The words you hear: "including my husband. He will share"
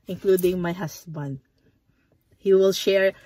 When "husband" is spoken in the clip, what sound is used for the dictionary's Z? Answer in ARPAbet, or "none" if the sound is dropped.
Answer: S